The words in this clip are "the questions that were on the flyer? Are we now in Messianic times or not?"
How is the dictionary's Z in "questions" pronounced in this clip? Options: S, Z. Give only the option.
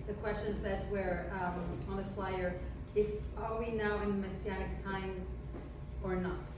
Z